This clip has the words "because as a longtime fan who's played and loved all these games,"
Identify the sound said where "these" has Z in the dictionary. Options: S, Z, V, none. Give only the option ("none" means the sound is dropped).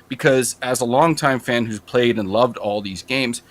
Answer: Z